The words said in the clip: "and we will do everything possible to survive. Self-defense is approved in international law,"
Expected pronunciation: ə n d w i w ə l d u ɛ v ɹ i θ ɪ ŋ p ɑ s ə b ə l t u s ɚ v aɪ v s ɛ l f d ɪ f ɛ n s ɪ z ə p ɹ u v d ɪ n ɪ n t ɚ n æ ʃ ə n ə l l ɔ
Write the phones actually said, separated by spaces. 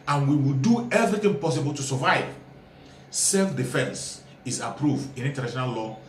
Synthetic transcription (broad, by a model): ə n w i w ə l d u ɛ v ɹ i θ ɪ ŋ p ɑ s ə b ə l t u s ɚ v aɪ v s ɛ l f d ɪ f ɛ n s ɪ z ə p ɹ u v d ɪ n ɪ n t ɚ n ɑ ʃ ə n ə l l ɔ